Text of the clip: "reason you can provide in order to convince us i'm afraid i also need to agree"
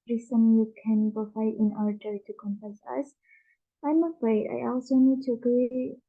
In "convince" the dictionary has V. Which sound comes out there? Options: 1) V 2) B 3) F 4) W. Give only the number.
3